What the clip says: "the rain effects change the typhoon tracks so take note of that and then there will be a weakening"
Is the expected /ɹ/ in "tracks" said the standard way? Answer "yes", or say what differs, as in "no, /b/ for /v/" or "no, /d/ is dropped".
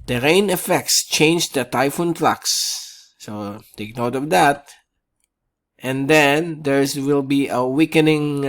no, /l/ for /ɹ/